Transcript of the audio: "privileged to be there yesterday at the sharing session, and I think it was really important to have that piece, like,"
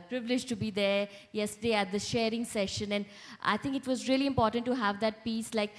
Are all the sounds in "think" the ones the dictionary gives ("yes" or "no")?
no